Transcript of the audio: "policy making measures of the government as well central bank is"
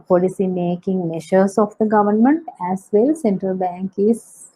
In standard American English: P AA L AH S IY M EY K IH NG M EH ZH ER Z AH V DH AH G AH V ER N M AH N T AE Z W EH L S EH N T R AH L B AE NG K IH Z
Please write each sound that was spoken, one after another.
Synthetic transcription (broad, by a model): P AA L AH S IY M EY K IH NG M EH SH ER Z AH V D AH G AH V ER N M AH N T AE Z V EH L S EH N T R AH L B AE NG K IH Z